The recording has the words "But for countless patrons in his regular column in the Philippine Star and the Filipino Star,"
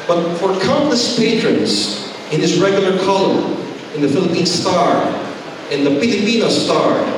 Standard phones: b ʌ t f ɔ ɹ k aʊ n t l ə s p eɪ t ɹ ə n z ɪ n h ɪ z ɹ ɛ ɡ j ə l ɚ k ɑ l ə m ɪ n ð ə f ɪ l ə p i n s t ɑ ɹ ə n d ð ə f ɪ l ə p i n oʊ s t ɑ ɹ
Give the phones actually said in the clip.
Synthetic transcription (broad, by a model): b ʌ t f ɔ ɹ k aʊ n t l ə s p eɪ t ɹ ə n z ɪ n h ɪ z ɹ ɛ ɡ j ə l ɚ k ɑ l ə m ɪ n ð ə f ɪ l ə p i n s t ɑ ɹ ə n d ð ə p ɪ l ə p i n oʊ s t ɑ ɹ